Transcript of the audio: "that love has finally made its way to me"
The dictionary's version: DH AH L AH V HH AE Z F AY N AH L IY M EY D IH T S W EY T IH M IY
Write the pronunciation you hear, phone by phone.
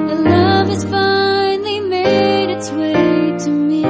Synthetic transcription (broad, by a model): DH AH L AH V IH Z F AY N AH IY M EY D IH T S W EY T IH M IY